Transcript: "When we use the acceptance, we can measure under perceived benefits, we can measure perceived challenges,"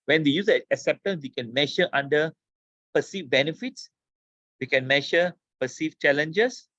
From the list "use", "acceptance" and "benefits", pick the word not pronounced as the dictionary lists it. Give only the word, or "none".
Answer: acceptance